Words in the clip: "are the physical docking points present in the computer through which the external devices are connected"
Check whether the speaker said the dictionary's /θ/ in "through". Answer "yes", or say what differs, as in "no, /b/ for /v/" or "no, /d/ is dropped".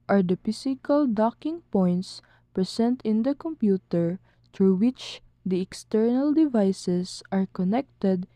no, /t/ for /θ/